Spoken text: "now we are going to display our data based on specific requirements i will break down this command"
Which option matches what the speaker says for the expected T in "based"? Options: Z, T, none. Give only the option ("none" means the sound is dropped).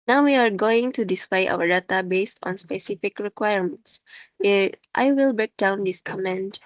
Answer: T